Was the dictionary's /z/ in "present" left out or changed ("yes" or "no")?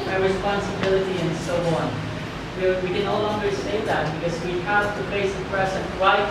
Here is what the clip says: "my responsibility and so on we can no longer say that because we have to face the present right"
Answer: yes